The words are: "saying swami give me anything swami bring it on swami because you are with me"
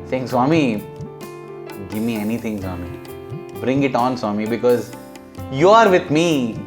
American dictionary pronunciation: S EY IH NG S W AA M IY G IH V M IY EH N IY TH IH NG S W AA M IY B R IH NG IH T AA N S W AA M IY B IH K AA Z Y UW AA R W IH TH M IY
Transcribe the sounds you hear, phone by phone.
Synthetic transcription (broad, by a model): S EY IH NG S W AA M IY G IH V M IY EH N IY T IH NG S W AA M IY B R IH NG IH T AA N S W AA M IY B IH K AA Z Y UW AA R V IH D M IY